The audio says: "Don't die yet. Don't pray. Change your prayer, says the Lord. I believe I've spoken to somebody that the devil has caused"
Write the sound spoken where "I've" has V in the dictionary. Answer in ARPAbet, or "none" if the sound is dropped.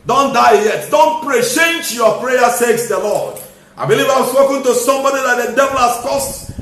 W